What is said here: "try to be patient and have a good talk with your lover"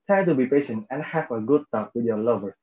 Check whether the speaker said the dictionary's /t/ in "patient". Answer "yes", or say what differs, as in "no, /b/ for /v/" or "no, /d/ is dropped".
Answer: yes